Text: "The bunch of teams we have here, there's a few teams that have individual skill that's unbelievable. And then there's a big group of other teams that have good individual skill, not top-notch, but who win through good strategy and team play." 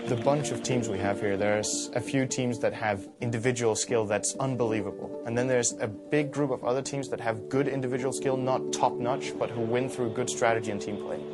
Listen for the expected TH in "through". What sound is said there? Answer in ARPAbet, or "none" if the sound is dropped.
TH